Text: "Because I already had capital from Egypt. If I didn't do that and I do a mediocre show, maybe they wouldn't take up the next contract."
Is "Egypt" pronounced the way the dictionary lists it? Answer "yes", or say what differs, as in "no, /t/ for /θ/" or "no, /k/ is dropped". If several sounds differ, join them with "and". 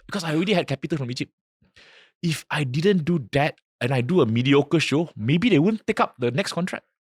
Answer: no, /t/ is dropped